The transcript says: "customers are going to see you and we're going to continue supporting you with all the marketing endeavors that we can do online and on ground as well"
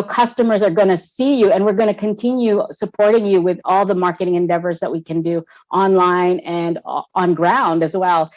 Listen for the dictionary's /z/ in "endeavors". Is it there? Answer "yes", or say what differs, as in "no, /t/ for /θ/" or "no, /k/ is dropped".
yes